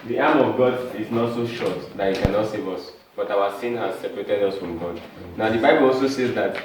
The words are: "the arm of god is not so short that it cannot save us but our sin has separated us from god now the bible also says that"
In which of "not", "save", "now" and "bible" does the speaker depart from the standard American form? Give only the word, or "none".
none